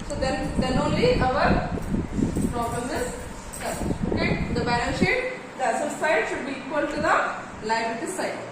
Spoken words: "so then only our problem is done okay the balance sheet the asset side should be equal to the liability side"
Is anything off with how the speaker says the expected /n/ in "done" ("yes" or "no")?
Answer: yes